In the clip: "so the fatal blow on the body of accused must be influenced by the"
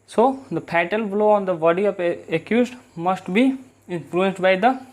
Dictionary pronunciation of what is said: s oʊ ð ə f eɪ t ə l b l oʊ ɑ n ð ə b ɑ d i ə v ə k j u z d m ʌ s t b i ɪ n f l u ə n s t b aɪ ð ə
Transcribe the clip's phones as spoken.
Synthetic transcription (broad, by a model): s oʊ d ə p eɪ t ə l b l oʊ ɑ n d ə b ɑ d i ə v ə k j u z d m ʌ s t b i ɪ n f l u ə n s t b aɪ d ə